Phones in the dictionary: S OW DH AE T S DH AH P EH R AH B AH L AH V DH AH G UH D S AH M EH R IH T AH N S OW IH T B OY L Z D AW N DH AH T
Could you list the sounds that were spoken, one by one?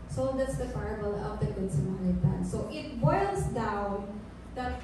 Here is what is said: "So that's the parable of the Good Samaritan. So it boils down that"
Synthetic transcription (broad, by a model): S OW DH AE T S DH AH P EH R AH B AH L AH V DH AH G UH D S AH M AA L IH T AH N S OW IH T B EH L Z D AW N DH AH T